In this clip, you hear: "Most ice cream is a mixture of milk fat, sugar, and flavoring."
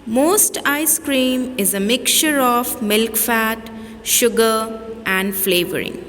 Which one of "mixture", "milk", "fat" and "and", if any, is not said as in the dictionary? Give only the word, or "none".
mixture